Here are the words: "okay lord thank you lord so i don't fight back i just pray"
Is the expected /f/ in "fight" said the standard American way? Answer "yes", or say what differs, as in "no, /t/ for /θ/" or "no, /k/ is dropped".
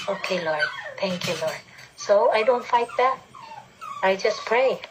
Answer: yes